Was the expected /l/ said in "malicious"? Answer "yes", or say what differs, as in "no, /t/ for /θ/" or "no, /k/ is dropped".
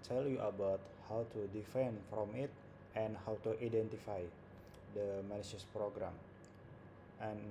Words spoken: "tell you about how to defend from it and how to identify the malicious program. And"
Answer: no, /n/ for /l/